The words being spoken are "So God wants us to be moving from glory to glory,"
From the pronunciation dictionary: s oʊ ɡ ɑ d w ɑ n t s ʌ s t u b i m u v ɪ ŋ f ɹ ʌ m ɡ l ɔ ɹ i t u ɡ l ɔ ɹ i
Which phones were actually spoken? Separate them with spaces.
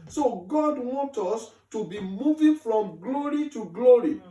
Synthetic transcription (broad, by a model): s oʊ ɡ ɑ d w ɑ n t ɔ s t u b i m u v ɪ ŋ f ɹ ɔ m ɡ l ɔ ɹ i t u ɡ l ɔ ɹ i